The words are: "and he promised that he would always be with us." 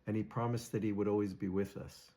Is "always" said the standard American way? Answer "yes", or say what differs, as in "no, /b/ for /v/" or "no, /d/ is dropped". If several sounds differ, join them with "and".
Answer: yes